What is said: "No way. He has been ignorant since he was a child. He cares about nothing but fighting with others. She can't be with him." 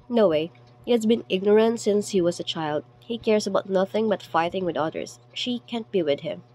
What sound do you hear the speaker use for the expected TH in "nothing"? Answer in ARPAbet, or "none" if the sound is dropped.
TH